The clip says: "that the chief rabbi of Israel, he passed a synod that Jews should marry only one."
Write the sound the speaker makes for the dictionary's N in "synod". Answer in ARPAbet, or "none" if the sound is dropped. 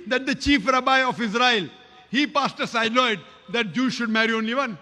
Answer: L